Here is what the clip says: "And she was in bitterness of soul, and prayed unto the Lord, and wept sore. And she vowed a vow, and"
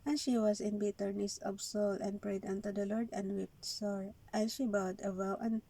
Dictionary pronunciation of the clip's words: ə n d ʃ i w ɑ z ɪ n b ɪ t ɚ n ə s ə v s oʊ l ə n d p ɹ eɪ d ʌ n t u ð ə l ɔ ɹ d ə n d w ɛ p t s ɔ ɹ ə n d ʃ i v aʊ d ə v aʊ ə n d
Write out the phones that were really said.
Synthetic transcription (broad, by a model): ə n ʃ i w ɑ s ɪ n b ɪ t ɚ n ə s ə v s oʊ l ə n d p ɹ eɪ d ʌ n t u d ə l ɔ ɹ d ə n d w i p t s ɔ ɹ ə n ʃ i b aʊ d ə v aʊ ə n